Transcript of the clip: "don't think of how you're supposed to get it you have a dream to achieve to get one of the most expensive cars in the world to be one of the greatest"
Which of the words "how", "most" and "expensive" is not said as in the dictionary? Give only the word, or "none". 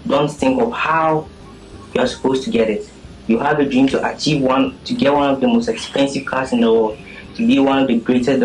none